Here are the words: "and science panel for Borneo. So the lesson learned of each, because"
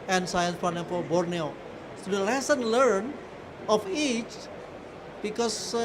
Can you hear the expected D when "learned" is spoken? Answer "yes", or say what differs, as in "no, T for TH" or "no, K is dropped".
no, D is dropped